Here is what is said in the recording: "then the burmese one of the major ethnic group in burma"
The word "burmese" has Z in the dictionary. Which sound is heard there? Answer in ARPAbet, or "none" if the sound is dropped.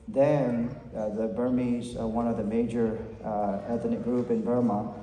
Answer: Z